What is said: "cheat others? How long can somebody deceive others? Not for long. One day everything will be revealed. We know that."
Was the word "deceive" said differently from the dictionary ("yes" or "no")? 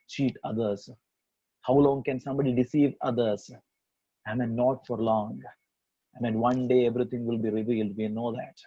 no